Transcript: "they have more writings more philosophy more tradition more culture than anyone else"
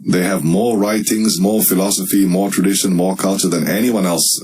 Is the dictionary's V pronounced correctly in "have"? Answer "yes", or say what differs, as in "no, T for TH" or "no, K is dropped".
yes